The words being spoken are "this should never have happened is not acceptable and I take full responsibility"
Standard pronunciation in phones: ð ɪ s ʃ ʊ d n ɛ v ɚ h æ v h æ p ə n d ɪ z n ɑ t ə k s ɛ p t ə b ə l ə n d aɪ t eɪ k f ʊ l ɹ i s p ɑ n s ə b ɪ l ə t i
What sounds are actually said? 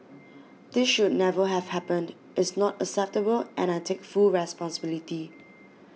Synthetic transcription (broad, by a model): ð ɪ s ʃ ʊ d n ɛ v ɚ h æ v h æ p ə n d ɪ s n ɑ t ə s ɛ p t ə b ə l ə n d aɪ t eɪ k f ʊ l ɹ i s p ɑ n s ə b ɪ l ə t i